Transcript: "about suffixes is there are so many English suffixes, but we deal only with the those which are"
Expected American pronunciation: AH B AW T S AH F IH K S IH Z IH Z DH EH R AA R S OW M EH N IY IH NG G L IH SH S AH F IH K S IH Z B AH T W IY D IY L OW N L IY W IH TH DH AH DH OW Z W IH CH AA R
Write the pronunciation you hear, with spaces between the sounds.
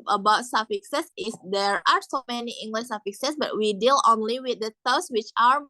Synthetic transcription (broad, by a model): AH B AW T S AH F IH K S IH S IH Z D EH R AA R S OW M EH N IY IH NG G L IH SH S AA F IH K S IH S B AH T W IY D IY L OW N L IY W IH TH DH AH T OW S W IH CH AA R